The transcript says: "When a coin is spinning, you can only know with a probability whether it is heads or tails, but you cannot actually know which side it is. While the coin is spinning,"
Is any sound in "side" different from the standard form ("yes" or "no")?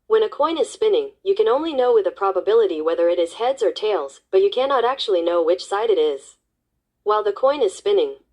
no